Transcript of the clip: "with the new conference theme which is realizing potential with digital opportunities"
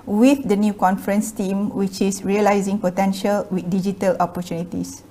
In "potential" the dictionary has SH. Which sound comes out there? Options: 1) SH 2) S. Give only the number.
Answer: 1